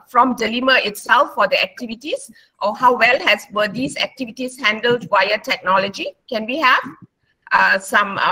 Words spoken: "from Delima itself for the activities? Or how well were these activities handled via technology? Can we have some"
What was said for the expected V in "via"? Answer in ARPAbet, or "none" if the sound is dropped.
W